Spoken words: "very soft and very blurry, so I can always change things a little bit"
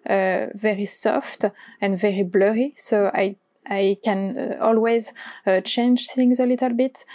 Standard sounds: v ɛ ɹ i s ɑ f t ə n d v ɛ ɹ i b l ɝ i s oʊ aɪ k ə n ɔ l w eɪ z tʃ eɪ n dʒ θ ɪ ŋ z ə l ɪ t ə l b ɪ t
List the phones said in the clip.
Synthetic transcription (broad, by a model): v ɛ ɹ i s ɑ f t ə n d v ɛ ɹ i b l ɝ i s oʊ aɪ k ə n ɔ l w eɪ z tʃ eɪ n dʒ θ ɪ ŋ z ə l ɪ t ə l b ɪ t